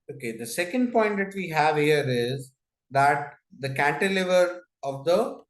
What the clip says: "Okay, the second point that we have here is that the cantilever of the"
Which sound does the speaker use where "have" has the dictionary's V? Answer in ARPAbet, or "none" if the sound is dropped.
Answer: V